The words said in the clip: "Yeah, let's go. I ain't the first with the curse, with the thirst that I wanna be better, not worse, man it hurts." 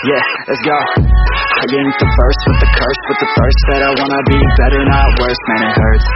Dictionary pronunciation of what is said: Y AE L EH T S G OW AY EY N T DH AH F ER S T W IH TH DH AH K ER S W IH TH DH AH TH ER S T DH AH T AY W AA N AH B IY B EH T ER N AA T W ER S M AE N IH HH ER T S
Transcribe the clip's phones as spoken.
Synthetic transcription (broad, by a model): Y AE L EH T S G OW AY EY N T DH AH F ER S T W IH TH DH AH K ER S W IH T DH AH F ER S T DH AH T AY W AA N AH B IY B EH T ER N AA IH W ER S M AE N IH HH ER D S